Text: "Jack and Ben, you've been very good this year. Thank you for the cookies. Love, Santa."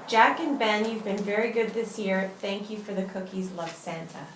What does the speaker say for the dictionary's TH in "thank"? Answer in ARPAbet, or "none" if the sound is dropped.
TH